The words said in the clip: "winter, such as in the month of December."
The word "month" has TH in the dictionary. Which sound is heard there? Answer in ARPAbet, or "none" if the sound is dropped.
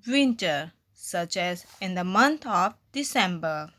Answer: T